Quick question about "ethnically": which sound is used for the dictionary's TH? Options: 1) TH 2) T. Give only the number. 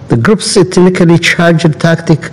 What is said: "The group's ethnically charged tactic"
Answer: 2